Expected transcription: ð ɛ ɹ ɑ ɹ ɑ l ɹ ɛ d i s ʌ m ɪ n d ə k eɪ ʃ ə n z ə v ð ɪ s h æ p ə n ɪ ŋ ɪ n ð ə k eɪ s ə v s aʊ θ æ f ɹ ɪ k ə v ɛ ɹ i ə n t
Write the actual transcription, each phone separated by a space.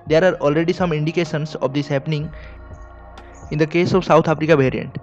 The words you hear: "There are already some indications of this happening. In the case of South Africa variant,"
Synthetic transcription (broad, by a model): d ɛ ɹ ɑ ɹ ɑ l ɹ ɛ d i s ʌ m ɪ n d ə k eɪ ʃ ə n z ə v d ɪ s h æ p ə n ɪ ŋ ɪ n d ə k eɪ s ə v s aʊ t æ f ɹ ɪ k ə v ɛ ɹ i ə n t